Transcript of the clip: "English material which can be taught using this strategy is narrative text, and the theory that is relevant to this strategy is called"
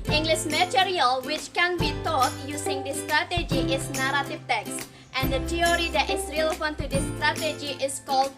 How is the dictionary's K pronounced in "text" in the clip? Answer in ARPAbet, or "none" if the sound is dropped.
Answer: K